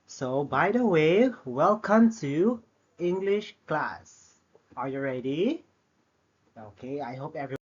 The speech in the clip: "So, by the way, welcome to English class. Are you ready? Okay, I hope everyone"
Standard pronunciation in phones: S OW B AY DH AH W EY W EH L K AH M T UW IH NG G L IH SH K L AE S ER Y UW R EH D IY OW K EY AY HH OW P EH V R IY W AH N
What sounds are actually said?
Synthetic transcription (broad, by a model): S OW B AY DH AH W EY W EH L K AH M T UW IH NG G L IH SH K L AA S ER Y UW R EH D IY OW K EY AY HH OW P EH V R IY